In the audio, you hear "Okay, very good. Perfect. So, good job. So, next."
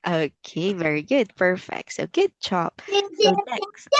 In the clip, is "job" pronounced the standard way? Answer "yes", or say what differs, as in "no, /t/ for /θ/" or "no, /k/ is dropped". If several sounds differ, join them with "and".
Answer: no, /tʃ/ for /dʒ/